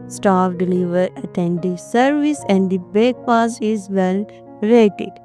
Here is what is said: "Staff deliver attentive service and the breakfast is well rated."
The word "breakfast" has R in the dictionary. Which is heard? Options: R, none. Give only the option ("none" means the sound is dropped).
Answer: none